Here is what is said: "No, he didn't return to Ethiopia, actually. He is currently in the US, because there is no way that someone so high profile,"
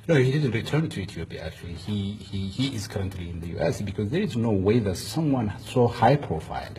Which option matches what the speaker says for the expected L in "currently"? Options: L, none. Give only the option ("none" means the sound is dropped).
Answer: L